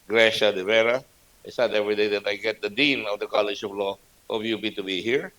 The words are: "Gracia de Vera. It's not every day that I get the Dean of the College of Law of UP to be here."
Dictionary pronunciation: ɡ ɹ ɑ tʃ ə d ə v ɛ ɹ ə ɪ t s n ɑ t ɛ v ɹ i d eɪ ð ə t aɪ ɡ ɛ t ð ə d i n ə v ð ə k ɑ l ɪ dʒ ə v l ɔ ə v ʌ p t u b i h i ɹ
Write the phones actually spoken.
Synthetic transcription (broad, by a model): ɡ ɹ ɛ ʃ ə d ə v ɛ ɹ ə ɪ t s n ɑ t ɛ v ɹ i d eɪ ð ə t aɪ ɡ ɛ t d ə d i n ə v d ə k ɑ l ɪ dʒ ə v l ɔ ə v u b t u b i h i ɹ